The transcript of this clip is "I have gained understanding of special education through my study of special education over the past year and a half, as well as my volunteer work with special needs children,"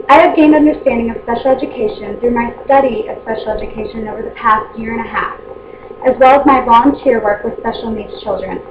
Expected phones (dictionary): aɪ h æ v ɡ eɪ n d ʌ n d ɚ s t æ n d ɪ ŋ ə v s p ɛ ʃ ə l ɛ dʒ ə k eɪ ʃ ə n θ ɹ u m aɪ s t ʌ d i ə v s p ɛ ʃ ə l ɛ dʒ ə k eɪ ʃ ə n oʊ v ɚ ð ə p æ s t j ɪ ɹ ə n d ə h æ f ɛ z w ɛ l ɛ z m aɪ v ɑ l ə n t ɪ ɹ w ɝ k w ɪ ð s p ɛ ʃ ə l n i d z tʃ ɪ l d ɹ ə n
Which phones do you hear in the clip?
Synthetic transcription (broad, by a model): aɪ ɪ v ɡ eɪ n d ʌ n d ɚ s t æ n d ɪ ŋ ə v s p ɛ ʃ l ɛ dʒ ə k eɪ ʃ ə n θ ɹ u m aɪ s t ʌ d i ə v s p ɛ ʃ l ɛ dʒ ə k eɪ ʃ ə n oʊ v ɚ ð ə p æ s t j ɪ ɹ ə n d ə h æ f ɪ z w ɛ l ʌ z m aɪ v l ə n t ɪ ɹ w ɝ k w ɪ ð s p ɛ ʃ l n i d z tʃ ɪ l d ɹ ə n